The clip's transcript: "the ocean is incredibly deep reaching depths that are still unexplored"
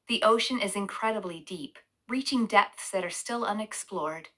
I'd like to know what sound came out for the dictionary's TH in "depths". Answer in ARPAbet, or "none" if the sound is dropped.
TH